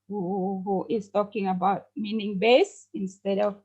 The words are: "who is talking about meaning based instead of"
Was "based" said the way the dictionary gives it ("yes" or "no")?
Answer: no